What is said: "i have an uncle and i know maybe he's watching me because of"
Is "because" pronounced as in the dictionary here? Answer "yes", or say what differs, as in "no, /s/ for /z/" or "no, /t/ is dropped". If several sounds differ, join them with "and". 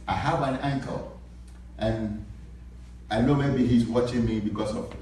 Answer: no, /s/ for /z/